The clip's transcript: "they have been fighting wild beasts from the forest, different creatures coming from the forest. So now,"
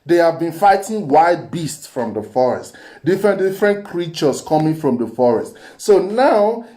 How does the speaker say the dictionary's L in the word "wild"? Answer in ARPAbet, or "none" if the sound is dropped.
none